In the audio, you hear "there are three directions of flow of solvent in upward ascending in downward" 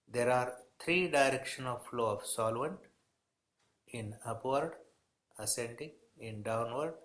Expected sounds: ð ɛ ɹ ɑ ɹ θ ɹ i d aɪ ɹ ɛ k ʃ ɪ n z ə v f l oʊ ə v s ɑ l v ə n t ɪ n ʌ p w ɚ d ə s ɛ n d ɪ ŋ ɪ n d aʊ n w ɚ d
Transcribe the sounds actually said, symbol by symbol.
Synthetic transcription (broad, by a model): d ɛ ɹ ɑ ɹ t ɹ i d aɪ ɹ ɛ k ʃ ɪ n ə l f l oʊ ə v s ɑ l v ə n t ɪ n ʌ p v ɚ d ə s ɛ n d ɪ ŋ ɪ n d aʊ n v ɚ d